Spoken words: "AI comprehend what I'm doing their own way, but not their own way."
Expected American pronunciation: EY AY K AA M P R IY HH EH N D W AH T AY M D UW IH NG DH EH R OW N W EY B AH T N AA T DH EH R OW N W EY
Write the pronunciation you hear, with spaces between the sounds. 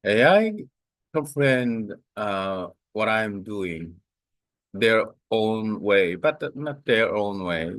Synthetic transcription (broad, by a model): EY AY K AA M F R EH N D W AH T AY M D UW IH NG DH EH R OW N W EY B AH T N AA T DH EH R OW N W EY